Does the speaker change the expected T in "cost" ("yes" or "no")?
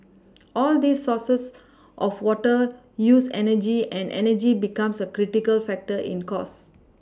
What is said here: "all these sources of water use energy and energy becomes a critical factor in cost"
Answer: yes